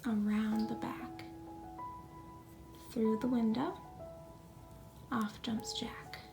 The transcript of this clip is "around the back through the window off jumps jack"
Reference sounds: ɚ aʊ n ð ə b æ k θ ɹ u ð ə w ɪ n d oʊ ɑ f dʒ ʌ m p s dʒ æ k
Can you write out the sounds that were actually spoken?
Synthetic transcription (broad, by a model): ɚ aʊ n ð ə b æ k θ ɹ u ð ə w ɪ n d oʊ ɑ f dʒ ʌ m p s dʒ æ k